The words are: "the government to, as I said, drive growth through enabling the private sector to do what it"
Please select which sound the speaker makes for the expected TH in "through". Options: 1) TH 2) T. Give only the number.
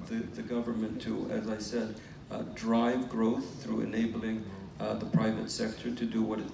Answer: 1